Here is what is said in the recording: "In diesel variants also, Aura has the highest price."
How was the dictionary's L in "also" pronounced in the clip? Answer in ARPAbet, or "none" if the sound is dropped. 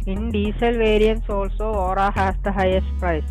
L